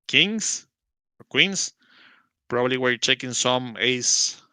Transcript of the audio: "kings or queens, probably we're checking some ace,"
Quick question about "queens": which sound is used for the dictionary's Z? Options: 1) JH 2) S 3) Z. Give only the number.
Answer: 2